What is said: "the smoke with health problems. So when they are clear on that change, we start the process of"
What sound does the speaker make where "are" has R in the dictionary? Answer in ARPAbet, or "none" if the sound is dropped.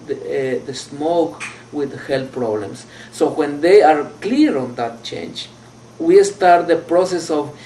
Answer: R